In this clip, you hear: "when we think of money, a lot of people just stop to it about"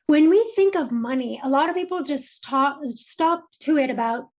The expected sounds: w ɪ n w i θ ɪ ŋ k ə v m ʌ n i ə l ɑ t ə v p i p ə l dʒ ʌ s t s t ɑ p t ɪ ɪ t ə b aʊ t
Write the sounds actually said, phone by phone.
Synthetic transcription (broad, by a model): w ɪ n w i θ ɪ ŋ k ə v m ʌ n i ə l ɑ t ə v p i p l dʒ ʌ s t s t ɑ p t ɪ ɪ t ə b aʊ t